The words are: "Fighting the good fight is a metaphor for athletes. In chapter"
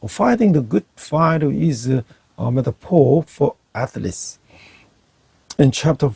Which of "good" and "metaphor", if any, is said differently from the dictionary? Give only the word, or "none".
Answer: metaphor